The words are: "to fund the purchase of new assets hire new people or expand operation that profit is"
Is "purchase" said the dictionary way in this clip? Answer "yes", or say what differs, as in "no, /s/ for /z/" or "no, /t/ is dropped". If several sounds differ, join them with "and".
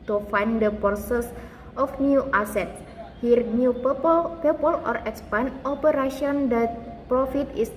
no, /s/ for /tʃ/